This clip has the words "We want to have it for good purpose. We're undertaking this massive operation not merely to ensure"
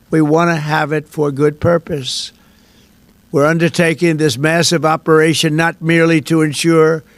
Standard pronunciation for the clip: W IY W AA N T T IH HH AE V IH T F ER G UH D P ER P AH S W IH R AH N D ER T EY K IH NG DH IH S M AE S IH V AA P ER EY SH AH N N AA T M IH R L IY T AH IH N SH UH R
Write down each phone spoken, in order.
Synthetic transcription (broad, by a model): W IY W AA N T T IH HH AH V IH T F ER G UH D P ER P AH S W IH R AH N D ER T EY K IH NG DH IH S M AE S IH V AA P ER EY SH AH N N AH T M IH R L IY T AH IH N SH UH R